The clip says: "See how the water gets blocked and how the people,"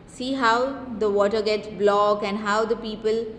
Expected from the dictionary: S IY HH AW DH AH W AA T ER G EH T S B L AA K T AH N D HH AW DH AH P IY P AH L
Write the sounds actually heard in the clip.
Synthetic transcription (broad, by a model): S IY HH AW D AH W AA T ER G EH T S B L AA K AH N D HH AW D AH P IY P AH L